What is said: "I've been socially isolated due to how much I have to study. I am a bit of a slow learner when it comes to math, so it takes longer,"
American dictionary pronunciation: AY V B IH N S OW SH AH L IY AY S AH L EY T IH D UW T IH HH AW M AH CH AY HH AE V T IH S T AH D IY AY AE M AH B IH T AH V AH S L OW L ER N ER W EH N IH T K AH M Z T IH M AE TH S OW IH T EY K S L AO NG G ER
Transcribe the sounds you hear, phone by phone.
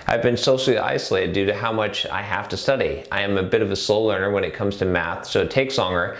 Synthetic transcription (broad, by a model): AY V B IH N S OW SH L IY AY S AH L EY T IH D UW T IH HH AW M AH CH AY HH AE F T IH S T AH D IY AY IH M AH B IH T AH V AH S OW L ER N ER W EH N IH T K AH M Z T IH M AE TH S OW IH T EY K S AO NG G ER